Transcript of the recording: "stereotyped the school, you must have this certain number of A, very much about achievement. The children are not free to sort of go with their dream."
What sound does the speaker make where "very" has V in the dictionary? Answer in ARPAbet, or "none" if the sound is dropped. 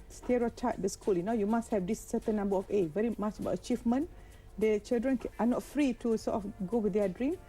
V